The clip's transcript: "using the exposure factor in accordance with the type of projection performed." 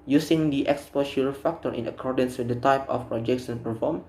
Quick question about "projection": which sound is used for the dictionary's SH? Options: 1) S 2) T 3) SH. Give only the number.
1